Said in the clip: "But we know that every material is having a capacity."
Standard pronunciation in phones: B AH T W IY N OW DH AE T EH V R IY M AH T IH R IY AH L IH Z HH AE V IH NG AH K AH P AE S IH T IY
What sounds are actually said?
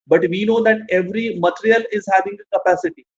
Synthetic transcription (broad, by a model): B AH T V IY N OW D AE T EH V R IY M AH T IH R IY AH L IH Z HH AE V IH NG AH K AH P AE S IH T IY